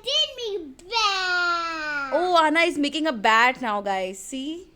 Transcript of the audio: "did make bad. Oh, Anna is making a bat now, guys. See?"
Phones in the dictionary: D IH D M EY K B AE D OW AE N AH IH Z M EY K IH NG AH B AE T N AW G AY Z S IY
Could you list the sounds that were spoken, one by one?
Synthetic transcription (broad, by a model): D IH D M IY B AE OW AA N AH IH Z M EY K IH NG AH B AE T N AW G AY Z S IY